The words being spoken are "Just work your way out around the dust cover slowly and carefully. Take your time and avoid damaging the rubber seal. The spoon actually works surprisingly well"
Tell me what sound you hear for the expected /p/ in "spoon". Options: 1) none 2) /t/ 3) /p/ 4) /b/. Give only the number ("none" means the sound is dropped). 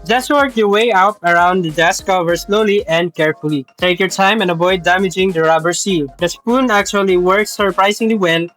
3